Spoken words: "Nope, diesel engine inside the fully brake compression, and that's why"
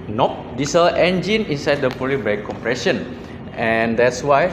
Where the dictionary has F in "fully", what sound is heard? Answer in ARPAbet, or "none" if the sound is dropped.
P